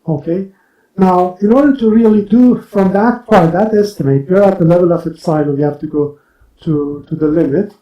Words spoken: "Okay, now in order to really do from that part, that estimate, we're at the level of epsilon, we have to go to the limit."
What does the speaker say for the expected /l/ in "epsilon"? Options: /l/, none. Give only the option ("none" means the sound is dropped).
none